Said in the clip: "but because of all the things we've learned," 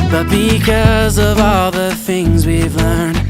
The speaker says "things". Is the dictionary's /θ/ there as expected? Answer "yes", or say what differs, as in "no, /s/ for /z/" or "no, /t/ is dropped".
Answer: yes